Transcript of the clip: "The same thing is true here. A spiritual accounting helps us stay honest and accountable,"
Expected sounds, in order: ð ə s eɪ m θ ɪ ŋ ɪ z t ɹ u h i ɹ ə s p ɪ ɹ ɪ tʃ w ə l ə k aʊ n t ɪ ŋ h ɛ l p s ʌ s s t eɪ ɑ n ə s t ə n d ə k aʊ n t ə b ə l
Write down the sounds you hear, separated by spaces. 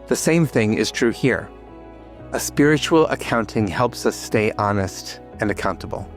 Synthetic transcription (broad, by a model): ð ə s eɪ m θ ɪ ŋ ɪ z t ɹ u h i ɹ ə s p ɪ ɹ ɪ tʃ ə l ə k aʊ n t ɪ ŋ h ɛ l p s ʌ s s t eɪ ɑ n ə s t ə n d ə k aʊ n t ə b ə l